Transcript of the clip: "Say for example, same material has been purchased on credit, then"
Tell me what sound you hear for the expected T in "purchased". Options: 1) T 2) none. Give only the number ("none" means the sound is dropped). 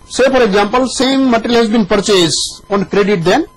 2